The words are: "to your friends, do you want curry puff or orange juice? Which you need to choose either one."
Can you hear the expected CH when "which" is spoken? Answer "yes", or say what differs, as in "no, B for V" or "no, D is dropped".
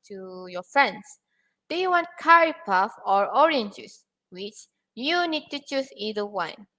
yes